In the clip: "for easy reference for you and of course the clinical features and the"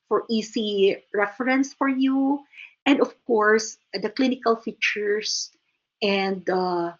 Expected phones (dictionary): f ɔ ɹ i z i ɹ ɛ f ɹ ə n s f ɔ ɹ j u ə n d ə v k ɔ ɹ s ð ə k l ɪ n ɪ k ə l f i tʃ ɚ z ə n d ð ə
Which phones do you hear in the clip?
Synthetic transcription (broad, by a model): f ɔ ɹ i s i ɹ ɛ f ɹ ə n s f ɔ ɹ j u ə n d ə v k ɔ ɹ s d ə k l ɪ n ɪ k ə l f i tʃ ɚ s ə n d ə